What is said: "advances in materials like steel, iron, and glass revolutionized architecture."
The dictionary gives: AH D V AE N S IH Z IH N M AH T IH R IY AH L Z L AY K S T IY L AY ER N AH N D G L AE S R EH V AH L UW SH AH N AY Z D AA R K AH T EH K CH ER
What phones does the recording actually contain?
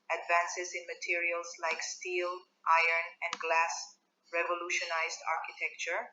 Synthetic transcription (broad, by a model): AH D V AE N S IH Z IH N M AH T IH R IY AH L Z L AY K S T IY L AY ER N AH N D G L AE S R EH V AH L UW SH AH N AY Z D AA R K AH T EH K CH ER